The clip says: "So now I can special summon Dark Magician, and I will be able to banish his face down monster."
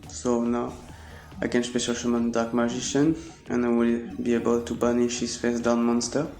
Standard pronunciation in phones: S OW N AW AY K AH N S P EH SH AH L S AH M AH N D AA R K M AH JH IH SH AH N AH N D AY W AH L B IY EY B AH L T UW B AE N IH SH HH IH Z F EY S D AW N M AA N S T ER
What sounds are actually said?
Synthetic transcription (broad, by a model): S OW N AW AY K AH N S P EH SH AH L SH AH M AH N D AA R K M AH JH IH SH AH N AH N AY W AH L B IY EY B AH L T UW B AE N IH SH HH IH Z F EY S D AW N M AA N S T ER